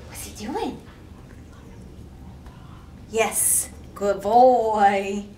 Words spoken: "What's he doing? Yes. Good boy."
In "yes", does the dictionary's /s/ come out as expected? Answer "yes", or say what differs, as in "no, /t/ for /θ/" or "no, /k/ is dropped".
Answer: yes